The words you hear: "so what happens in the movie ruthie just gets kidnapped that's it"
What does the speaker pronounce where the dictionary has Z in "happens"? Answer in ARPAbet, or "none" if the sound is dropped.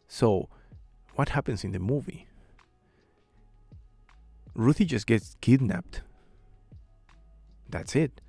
S